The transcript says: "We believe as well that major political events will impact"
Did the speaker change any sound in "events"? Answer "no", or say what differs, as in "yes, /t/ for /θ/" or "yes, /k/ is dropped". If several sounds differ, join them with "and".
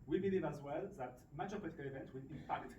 yes, /s/ is dropped